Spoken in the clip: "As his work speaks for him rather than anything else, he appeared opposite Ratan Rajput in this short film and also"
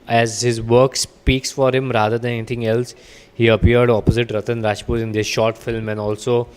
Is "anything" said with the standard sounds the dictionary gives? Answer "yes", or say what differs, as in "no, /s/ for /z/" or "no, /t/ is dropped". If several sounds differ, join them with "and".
no, /t/ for /θ/